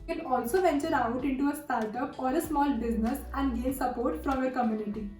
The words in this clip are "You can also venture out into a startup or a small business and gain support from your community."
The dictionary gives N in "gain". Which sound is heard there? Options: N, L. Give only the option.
L